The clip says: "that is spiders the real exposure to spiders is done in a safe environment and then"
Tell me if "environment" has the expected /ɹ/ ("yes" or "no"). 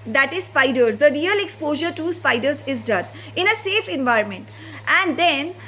yes